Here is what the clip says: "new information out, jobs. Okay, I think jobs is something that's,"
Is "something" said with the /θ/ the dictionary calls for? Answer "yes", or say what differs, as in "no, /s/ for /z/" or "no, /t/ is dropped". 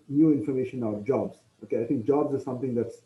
no, /t/ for /θ/